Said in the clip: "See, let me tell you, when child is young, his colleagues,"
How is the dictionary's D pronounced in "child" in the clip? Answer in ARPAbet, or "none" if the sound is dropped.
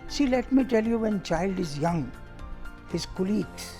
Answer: D